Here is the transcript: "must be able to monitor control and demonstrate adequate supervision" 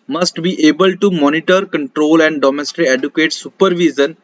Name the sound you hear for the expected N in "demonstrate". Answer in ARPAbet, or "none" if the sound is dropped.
none